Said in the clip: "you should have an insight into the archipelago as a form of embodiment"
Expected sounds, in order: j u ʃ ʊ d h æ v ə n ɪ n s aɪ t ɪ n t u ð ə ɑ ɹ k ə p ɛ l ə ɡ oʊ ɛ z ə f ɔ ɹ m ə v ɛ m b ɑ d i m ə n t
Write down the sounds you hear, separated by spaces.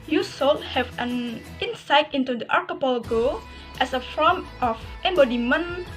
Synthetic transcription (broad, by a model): j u s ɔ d h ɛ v ə n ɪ n s aɪ t ɪ n t u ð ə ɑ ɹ k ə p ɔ l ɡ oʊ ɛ s ə f ɔ ɹ m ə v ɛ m b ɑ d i m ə n